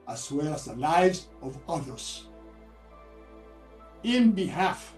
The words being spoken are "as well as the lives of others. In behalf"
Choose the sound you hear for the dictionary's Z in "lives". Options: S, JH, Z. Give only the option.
Z